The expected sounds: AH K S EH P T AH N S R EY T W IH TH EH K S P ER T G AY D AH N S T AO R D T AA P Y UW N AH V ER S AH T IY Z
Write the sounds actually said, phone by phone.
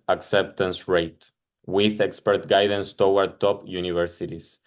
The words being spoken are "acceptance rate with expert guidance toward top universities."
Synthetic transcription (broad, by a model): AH K S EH P T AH N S R EY T W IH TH EH K S P ER T G AY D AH N S T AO W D T AA P Y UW N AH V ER S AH T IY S